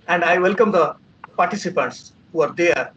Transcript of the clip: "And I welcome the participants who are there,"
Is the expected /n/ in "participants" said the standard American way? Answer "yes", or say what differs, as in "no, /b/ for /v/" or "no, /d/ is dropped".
yes